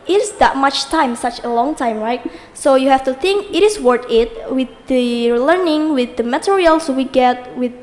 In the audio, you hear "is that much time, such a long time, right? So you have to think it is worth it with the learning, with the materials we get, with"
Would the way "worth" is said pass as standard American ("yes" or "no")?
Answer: no